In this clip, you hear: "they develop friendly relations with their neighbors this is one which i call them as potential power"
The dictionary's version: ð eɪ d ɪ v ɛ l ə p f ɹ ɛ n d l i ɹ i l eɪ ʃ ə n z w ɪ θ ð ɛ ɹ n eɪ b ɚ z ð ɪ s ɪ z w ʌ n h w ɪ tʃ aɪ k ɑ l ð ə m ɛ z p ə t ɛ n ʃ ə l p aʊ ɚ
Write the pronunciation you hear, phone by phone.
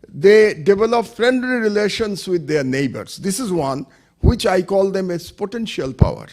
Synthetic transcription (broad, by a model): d eɪ d ɪ v ɛ l ə p f ɹ ɛ n d l i ɹ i l eɪ ʃ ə n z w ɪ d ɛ ɹ n eɪ b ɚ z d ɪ s ɪ z w ʌ n h w ɪ tʃ aɪ k ɑ l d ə m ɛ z p ə t ɛ n ʃ ə l p aʊ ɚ